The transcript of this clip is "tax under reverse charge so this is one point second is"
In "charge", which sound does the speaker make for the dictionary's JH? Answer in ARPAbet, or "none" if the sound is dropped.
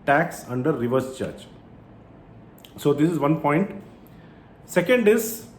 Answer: CH